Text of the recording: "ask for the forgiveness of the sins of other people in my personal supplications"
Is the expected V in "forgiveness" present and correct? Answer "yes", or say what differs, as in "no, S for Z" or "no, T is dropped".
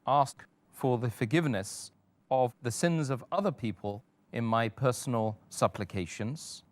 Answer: yes